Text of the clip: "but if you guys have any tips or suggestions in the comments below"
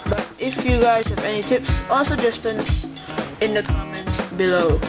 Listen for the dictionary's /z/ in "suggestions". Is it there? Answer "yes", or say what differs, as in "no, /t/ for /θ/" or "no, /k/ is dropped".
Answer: no, /s/ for /z/